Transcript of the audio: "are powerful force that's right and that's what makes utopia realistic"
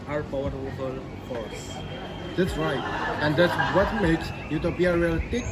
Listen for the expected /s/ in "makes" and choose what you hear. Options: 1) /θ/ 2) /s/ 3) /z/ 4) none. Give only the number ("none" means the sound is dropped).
2